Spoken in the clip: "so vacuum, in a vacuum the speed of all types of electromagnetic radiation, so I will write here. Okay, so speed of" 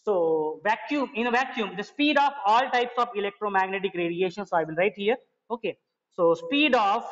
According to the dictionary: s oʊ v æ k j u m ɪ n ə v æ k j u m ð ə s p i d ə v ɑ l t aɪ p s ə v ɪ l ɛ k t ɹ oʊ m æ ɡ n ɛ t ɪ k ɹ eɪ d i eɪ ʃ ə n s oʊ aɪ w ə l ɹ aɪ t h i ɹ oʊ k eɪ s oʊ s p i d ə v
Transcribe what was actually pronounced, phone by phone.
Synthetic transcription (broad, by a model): s oʊ v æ k j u m ɪ n ə v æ k j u m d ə s p i d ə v ɑ l t aɪ p s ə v ɪ l ɛ k t ɹ oʊ m æ ɡ n ɛ t ɪ k ɹ eɪ d i eɪ ʃ ə n s oʊ aɪ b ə n ɹ aɪ t h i ɹ oʊ k eɪ s oʊ s p i d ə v